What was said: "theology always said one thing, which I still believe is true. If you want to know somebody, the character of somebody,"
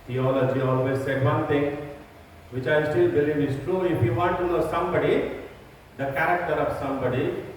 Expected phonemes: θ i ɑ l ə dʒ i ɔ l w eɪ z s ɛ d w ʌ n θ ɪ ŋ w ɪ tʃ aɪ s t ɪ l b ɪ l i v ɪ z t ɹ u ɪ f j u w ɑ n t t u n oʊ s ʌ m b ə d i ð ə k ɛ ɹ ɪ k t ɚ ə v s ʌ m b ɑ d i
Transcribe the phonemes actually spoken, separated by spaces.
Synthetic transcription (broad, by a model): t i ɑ l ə dʒ i ɔ l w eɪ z s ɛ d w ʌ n t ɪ ŋ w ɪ tʃ aɪ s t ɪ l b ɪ l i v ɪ s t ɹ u ɪ f j u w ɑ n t t u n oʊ s ʌ m b ə d i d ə k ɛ ɹ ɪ k t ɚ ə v s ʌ m b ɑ d i